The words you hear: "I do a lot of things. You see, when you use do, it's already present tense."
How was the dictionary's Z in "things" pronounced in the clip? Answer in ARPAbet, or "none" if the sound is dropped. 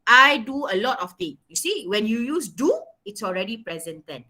none